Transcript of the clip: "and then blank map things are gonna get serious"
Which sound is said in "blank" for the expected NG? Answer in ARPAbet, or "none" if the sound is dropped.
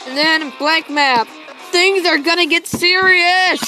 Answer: none